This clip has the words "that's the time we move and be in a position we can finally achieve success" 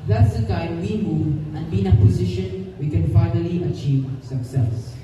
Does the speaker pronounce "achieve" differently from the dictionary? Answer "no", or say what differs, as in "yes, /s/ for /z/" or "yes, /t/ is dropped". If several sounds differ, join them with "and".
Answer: no